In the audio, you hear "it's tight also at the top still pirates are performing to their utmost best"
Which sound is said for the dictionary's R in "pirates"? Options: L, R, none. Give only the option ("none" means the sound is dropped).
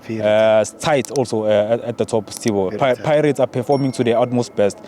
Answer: R